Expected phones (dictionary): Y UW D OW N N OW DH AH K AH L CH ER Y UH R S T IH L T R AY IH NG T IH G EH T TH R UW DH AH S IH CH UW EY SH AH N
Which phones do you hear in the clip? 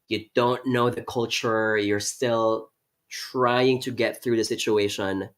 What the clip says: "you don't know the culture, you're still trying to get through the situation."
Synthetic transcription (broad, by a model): Y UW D OW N N OW DH AH K AH L CH ER Y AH R S T IH L T R AY IH NG T IH G EH T TH R UW DH AH S IH CH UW EY SH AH N